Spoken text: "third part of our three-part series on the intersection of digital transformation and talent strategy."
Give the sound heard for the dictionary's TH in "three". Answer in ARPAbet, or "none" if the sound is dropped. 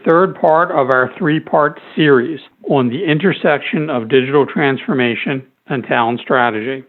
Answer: TH